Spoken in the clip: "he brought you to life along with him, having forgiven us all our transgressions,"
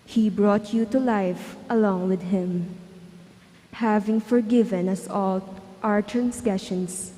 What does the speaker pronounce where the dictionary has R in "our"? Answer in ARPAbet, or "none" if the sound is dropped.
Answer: R